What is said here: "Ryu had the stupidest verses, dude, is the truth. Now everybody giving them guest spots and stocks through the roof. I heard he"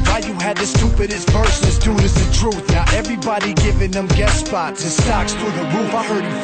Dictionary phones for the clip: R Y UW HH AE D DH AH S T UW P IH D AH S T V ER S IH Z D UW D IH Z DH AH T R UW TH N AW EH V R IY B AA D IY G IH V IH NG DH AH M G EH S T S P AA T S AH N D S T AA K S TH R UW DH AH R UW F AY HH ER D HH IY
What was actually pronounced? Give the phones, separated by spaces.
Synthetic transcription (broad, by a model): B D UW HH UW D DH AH S T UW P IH D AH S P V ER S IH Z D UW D IH Z DH AH T R UW TH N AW EH V R IY B AA D IY G IH V IH NG DH AH M G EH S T S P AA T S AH S T AA K S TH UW DH AH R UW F AY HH ER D